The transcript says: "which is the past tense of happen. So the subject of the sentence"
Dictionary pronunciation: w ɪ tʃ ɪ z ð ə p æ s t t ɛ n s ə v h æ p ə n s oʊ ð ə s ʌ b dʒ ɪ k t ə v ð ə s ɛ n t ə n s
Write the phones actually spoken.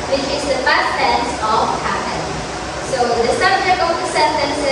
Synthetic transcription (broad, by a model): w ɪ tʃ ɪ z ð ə f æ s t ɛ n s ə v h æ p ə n s oʊ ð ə s ʌ b dʒ ɪ k t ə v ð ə s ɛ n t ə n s